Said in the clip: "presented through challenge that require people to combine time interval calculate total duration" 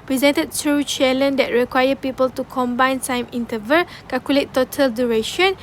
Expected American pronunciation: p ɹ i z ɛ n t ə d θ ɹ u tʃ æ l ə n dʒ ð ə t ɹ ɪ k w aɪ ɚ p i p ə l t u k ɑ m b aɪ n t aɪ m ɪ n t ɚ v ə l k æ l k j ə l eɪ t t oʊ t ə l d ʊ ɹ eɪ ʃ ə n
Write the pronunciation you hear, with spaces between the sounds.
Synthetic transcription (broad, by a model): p ɹ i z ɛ n t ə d t ɹ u tʃ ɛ l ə n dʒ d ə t ɹ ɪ k w aɪ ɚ p i p ə l t u k ɑ m b aɪ n s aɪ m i n t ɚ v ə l k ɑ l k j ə l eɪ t t oʊ t ə l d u ɹ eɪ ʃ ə n